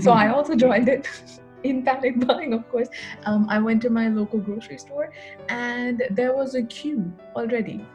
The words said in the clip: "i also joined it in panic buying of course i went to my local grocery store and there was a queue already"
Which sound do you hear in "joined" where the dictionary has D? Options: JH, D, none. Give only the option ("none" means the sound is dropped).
D